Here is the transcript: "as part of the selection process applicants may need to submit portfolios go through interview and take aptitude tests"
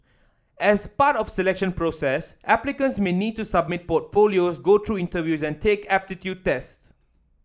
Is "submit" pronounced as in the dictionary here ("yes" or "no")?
yes